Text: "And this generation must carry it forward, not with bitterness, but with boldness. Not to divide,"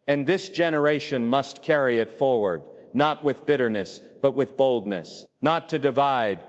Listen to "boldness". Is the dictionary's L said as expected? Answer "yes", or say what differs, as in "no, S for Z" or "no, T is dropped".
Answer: yes